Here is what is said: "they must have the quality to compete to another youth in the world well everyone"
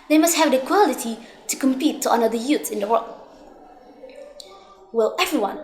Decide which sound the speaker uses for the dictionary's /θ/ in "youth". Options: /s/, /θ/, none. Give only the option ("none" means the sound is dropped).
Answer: /s/